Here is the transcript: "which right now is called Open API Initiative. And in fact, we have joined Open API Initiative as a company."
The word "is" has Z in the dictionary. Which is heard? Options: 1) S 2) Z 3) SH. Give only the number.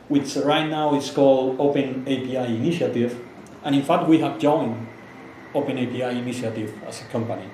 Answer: 1